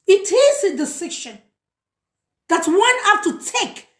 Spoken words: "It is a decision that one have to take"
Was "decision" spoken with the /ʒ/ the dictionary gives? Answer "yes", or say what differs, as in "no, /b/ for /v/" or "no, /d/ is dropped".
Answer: no, /ʃ/ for /ʒ/